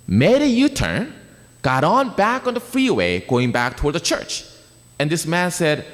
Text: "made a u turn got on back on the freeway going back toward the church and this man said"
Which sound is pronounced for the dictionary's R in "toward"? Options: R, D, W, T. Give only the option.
R